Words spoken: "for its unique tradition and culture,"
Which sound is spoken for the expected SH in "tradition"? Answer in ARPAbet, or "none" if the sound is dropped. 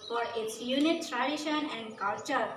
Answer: SH